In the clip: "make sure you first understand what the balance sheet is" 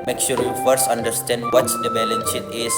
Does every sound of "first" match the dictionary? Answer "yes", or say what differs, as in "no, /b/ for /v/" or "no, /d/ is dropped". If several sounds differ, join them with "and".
yes